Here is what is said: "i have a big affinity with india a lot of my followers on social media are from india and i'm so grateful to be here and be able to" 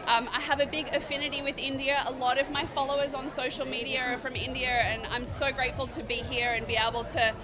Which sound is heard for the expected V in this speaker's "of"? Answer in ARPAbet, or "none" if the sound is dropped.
V